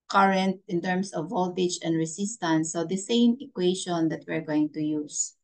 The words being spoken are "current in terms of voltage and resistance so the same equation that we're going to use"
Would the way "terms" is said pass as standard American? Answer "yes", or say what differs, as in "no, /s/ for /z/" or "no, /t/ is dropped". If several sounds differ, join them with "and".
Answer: no, /s/ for /z/